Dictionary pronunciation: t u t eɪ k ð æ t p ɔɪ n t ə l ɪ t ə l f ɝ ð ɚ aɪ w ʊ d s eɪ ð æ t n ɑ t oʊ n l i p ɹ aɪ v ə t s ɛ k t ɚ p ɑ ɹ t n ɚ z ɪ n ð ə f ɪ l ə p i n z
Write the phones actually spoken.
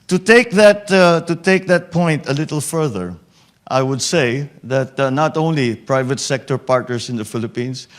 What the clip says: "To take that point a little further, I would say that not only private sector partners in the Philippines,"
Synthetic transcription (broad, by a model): t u t eɪ k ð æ t p ɔɪ n t ə l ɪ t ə l f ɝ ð ɚ aɪ w ʊ d s eɪ ð æ t n ɑ t oʊ n l i p ɹ aɪ v ə t s ɛ k t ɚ p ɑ ɹ t n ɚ s ɪ n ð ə f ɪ l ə p i n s